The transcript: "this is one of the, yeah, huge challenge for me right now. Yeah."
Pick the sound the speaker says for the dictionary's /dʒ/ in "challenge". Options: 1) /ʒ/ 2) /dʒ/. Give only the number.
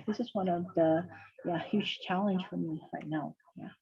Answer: 1